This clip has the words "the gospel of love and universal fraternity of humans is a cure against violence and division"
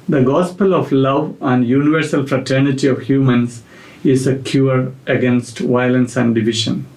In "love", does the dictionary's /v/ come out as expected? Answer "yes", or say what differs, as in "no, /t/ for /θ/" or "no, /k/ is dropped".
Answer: yes